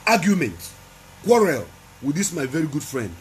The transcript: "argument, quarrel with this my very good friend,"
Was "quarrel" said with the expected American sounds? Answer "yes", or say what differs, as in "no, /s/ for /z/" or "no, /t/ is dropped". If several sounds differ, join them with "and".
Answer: yes